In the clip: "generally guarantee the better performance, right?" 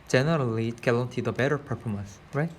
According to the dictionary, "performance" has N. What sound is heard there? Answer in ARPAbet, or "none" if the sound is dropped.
N